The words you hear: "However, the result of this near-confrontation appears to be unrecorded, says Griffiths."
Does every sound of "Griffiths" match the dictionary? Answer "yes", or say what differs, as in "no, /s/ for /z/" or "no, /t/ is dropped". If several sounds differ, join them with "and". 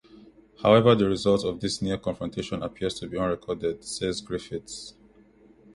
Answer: no, /t/ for /θ/